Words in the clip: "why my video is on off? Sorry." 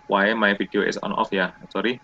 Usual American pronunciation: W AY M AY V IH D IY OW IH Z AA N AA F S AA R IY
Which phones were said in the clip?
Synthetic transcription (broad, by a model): W AY M AY F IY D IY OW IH S AA N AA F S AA R IY